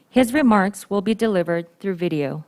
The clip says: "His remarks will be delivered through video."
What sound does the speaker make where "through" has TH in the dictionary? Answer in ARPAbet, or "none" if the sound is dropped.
TH